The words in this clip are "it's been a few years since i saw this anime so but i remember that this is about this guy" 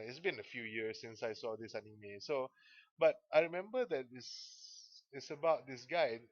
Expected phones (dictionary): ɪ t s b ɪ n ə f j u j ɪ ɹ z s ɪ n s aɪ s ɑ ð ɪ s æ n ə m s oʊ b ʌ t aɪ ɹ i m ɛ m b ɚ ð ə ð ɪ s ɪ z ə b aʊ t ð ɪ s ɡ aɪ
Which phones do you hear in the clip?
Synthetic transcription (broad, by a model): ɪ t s b ɪ n ə f j u j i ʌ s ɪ n s aɪ s ɑ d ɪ s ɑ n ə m s oʊ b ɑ t aɪ ɹ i m ɛ m b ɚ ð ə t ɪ s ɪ s ə b aʊ t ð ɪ s ɡ aɪ